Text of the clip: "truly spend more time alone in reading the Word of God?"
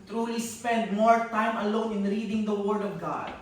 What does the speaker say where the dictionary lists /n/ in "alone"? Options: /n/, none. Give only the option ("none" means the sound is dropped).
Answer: /n/